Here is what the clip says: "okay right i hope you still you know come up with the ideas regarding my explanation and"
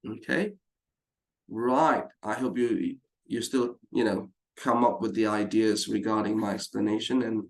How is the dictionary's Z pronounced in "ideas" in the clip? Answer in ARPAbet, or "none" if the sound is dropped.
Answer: Z